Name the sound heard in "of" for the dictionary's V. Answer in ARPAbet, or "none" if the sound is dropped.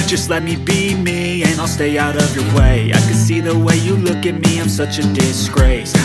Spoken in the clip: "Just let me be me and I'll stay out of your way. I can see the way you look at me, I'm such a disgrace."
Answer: V